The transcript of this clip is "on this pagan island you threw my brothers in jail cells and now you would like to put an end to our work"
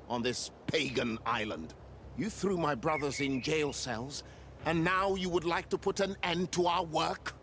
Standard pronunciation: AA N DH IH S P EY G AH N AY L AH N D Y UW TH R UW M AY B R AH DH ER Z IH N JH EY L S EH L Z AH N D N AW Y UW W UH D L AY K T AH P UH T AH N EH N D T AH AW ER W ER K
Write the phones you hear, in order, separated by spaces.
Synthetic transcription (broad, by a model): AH N DH IH S P EY G AH N AY L AH N D Y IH TH R UW M AY B R AH DH ER Z IH N JH EY L S EH L Z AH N N AW Y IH W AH D L AY K T AH P UH T AH N EH N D T AH AW ER W ER K